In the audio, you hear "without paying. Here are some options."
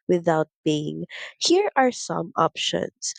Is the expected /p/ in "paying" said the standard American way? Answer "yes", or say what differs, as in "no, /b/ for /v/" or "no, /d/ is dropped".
no, /b/ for /p/